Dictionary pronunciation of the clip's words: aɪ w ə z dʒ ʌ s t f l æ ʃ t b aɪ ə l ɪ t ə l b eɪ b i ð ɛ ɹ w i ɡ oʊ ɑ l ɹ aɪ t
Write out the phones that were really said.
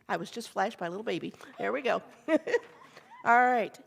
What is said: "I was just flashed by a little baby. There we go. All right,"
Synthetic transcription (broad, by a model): aɪ w ə z dʒ ʌ s t f l æ ʃ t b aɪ ə l ɪ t l b eɪ b i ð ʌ ɹ w i ɡ oʊ ɑ l ɹ aɪ t